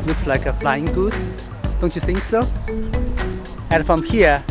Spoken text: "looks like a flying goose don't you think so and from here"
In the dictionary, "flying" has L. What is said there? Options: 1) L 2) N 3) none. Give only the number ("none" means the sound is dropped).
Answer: 1